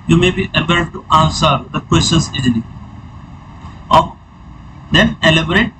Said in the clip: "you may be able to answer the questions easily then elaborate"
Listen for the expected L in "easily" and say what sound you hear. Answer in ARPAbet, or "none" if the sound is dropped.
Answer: none